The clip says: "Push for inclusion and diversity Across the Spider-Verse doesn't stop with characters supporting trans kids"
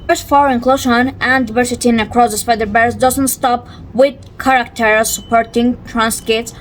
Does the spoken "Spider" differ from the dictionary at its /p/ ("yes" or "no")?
yes